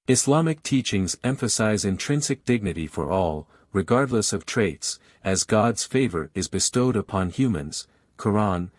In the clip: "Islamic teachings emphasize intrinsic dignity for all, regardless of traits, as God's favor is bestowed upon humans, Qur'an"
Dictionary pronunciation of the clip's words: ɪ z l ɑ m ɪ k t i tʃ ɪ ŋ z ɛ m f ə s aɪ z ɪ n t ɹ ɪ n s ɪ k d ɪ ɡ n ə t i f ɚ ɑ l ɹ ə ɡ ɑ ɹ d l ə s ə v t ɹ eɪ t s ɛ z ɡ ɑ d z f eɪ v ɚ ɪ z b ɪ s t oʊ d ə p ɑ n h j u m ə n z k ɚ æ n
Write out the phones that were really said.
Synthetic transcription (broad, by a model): ɪ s l ɑ m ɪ k t i tʃ ɪ ŋ z ɛ m f ə s aɪ z ɪ n t ɹ ɪ n s ɪ k d ɪ ɡ n ə t i f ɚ ɑ l ɹ ə ɡ ɑ ɹ d l ə s ə v t ɹ eɪ t s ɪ z ɡ ɑ d z f eɪ v ɚ ɪ z b ɪ s t oʊ d ə p ɑ n h j u m ə n z k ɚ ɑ n